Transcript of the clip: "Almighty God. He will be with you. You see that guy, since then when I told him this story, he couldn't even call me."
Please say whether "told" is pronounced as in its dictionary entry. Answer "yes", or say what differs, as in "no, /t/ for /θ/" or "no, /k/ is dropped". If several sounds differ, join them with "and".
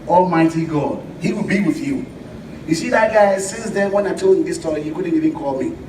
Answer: no, /d/ is dropped